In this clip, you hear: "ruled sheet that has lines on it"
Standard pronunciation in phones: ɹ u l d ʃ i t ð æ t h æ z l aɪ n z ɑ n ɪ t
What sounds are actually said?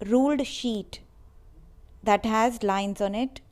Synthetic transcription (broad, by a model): ɹ u l d ʃ i t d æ t h æ z l aɪ n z ɑ n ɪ t